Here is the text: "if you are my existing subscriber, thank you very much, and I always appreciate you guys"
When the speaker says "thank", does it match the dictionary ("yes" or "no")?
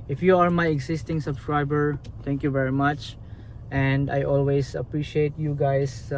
no